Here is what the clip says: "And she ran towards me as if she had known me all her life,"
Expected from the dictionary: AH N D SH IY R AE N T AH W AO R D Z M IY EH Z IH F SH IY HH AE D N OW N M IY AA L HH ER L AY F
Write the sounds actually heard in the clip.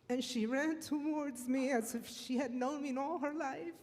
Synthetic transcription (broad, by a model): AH N SH IY R AE N T AH W AO R D Z M IY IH Z IH F SH IY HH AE D N OW N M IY AA L HH ER L AY F